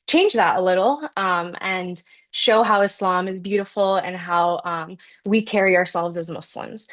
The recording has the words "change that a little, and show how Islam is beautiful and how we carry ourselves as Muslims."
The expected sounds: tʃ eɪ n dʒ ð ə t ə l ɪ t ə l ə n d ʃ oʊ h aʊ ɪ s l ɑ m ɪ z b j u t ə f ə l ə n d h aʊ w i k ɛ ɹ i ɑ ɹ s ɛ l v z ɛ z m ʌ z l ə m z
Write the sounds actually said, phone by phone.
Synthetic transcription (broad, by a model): tʃ eɪ n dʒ ð ə t ə l ɪ t ə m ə n ʃ oʊ h aʊ ɪ s l ɑ m ɪ z b j u t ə f l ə n h aʊ w i k ɛ ɹ i ɑ ɹ s ɛ l v z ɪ z m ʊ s l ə m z